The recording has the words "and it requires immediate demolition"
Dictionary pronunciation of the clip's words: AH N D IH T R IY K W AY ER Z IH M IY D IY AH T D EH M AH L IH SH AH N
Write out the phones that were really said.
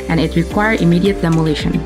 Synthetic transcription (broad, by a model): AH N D IH T R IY K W AY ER IH M IY D IY AH T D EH M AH L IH SH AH N